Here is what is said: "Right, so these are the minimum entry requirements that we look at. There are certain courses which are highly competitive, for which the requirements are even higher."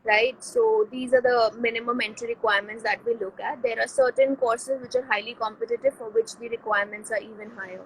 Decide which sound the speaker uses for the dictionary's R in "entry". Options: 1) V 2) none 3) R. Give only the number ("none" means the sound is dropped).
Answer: 2